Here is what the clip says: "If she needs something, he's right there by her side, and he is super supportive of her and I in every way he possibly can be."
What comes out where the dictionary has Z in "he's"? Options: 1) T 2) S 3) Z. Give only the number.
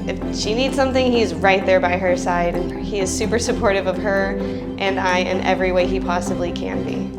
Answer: 3